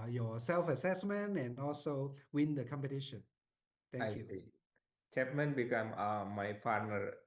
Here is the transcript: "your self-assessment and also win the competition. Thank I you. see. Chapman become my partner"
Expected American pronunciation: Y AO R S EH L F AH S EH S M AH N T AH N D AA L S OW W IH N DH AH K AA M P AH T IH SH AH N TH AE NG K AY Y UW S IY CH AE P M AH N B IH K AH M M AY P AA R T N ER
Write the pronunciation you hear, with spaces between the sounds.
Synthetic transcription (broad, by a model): Y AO S EH L F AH S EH S M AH N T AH N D AA L S OW W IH N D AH K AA M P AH T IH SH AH N T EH K Y UW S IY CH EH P M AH N B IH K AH M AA AY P AA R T N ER